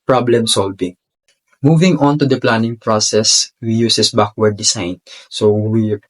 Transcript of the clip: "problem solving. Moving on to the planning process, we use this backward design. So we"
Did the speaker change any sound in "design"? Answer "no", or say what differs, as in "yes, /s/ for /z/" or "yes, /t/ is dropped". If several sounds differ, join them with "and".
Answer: yes, /s/ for /z/